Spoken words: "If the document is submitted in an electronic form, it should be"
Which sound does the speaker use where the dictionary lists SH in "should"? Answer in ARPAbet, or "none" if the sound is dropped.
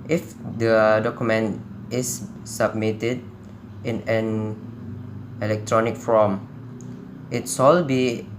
S